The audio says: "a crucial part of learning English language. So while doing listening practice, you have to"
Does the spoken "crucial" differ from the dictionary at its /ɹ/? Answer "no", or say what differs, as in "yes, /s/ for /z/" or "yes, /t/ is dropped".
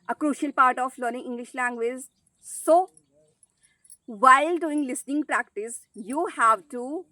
no